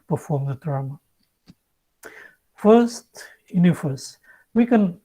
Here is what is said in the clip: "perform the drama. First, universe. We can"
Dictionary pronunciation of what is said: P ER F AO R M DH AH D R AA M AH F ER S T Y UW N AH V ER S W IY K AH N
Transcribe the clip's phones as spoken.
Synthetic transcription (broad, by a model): P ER F AO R M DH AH D R AA M AH F ER S T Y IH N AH F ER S W IY K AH N